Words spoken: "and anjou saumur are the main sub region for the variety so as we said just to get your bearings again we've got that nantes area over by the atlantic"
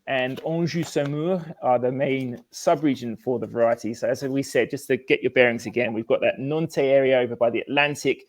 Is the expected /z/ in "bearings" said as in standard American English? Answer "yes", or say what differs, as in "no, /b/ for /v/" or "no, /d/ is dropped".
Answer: yes